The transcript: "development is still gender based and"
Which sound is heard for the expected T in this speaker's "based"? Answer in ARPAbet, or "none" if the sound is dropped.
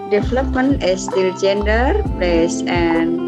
none